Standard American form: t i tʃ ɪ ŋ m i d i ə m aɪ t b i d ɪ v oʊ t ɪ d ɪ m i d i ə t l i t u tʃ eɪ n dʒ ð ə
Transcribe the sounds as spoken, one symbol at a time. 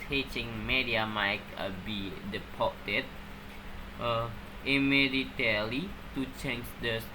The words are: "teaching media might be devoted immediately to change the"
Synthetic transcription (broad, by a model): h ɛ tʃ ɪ ŋ m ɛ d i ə m aɪ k b i d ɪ p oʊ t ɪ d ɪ m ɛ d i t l i t u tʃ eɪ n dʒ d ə